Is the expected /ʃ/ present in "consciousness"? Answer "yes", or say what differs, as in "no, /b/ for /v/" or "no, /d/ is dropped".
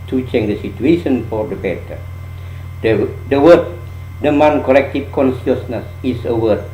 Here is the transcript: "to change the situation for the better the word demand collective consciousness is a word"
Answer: no, /s/ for /ʃ/